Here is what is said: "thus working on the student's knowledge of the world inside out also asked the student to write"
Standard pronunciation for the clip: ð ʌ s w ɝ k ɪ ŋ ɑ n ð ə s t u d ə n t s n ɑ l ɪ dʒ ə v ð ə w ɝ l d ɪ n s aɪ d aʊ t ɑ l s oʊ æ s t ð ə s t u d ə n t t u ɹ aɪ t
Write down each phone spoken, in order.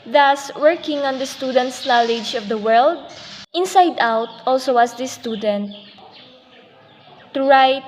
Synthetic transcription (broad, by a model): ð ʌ s w ɝ k ɪ ŋ ɑ n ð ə s t u d ə n t s n ɑ l ɪ dʒ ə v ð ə w ɝ l d ɪ n s aɪ d aʊ t ɑ l s oʊ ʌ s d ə s t u d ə n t t u ɹ aɪ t